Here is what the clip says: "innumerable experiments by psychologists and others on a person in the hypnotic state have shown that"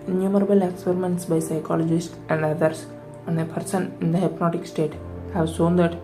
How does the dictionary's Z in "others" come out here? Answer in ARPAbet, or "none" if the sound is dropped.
S